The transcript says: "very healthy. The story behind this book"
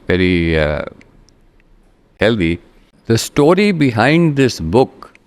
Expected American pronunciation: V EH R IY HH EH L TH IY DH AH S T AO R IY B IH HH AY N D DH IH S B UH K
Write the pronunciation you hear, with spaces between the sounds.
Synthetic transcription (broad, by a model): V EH R IY HH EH L T IY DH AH S T AO R IY B IH HH AY N D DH IH S B UH K